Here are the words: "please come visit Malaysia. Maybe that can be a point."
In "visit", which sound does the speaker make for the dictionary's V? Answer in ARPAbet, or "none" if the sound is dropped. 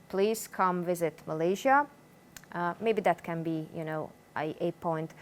V